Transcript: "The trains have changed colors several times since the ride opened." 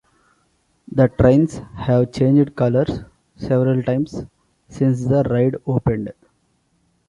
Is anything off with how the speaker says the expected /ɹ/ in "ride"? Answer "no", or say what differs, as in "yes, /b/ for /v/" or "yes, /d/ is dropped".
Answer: no